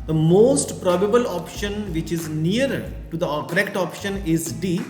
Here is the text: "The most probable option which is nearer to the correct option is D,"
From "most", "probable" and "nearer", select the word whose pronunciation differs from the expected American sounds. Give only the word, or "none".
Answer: nearer